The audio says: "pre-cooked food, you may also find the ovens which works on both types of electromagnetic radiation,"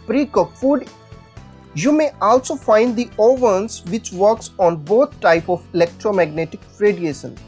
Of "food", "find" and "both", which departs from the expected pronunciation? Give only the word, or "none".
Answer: both